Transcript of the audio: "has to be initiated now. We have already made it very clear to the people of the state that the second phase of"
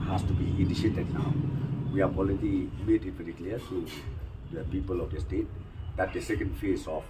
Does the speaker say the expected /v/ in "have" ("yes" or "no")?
no